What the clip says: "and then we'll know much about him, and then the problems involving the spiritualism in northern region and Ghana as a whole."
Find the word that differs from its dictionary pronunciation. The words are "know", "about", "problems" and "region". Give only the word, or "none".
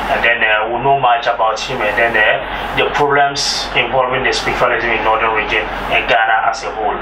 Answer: problems